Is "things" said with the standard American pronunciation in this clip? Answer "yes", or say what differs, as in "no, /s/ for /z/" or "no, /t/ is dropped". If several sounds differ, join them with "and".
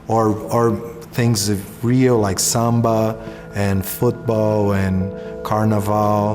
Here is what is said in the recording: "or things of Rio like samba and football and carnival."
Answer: yes